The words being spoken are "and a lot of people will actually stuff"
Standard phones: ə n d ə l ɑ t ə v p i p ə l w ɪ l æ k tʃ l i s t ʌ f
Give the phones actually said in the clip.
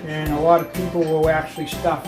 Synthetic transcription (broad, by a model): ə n ə l ɑ t ə v p i p l w ɪ l æ k tʃ l i s t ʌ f